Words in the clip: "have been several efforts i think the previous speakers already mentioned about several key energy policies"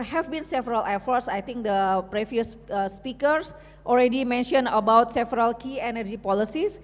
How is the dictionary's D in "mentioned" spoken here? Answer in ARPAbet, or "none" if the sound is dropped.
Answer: none